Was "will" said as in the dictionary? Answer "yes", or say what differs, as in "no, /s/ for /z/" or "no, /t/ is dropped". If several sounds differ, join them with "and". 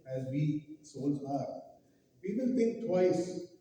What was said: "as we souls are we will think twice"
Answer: no, /n/ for /l/